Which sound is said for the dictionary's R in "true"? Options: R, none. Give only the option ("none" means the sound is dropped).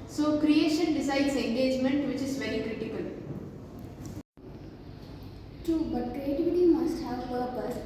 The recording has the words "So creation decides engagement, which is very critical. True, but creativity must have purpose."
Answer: none